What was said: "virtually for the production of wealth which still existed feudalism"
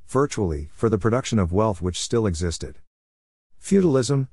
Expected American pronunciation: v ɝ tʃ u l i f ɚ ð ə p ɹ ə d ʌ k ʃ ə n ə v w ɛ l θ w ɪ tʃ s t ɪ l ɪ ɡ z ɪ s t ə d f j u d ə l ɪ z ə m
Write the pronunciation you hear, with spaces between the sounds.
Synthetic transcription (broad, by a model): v ɝ tʃ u l i f ɚ ð ə p ɹ ə d ʌ k ʃ ə n ə v w ɛ l θ w ɪ tʃ s t ɪ l ɪ ɡ z ɪ s t ə d f j u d l ɪ z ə m